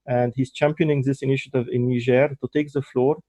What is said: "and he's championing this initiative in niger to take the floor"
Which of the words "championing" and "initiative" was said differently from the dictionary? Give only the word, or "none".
none